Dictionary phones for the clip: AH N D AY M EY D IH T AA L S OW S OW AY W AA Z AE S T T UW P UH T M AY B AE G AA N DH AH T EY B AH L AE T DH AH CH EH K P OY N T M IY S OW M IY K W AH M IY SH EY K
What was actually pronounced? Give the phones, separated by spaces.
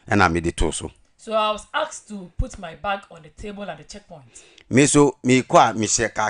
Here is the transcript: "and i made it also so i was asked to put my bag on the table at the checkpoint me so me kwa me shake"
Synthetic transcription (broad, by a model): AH N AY M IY D IH T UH S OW S OW AY W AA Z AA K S T UW P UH T M AY B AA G AA N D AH T EY B AH L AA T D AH CH EH K P OY N T M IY S OW M IY K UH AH M IY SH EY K